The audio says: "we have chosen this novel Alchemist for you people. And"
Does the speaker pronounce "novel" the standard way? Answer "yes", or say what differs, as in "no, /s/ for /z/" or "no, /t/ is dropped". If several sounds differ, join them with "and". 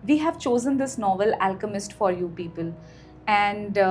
yes